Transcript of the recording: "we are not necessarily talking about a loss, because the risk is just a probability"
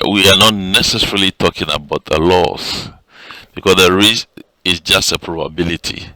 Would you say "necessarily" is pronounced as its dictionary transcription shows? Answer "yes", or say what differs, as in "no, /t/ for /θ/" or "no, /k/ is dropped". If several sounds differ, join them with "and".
yes